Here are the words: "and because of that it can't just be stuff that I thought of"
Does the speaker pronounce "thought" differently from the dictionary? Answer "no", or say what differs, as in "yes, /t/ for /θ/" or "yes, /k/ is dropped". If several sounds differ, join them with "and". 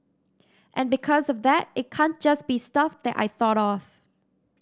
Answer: no